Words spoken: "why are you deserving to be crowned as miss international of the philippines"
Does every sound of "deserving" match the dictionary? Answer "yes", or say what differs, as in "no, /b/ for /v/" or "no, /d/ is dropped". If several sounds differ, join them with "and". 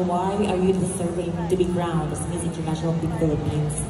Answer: no, /s/ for /z/